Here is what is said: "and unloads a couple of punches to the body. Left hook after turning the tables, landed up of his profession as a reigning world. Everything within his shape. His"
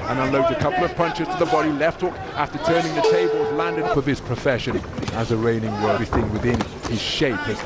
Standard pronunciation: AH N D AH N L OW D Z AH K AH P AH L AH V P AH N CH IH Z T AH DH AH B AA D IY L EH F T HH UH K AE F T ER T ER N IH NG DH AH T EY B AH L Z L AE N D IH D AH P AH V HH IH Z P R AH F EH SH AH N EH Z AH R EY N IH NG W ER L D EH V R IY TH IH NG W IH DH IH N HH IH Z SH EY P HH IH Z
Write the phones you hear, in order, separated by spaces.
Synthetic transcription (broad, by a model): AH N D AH N L OW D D AH K AH P L AH V P AH N CH IH Z T AH DH AH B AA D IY L EH F T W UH K AE F T ER T ER N IH NG DH AH T EY B AH L Z L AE N D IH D AH P AH V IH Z P R AH F EH SH AH N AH Z AH R EY N IH NG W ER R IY S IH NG W IH DH IH N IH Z SH EY P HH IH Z